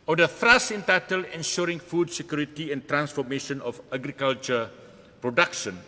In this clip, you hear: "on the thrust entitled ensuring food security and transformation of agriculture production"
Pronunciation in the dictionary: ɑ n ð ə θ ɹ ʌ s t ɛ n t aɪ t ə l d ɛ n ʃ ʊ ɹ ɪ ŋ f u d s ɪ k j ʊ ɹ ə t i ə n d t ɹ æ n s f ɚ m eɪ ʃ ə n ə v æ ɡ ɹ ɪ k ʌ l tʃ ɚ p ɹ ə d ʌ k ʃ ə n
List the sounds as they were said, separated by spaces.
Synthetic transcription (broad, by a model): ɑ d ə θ ɹ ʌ s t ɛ n t aɪ t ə l ɛ n ʃ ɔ ɹ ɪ ŋ f u d s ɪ k j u ɹ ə t i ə n t ɹ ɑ n s f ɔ m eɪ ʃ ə n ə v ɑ ɡ ɹ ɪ k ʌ l tʃ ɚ p ɹ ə d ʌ k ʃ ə n